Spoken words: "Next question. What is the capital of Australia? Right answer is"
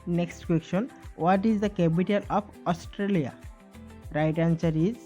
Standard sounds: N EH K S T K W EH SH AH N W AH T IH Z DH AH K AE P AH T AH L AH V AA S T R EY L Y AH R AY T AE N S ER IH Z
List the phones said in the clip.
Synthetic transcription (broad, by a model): N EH K S T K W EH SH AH N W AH T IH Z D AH K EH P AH T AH L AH P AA S T R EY L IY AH R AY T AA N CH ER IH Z